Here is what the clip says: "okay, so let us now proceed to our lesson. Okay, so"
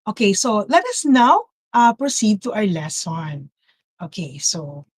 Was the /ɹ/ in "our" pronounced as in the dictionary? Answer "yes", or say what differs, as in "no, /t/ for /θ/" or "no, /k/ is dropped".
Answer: yes